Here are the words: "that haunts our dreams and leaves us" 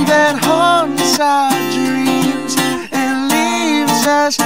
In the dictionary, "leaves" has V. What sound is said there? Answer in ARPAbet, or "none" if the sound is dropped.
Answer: V